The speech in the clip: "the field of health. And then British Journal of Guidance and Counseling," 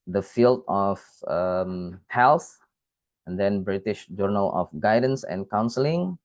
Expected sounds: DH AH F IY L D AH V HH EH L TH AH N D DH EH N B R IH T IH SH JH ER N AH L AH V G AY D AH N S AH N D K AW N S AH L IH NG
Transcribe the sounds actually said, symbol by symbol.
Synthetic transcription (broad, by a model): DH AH F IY L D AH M HH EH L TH AH N D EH N B R IH T IH SH JH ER N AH L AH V G AY D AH N S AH N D K AW N S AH L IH NG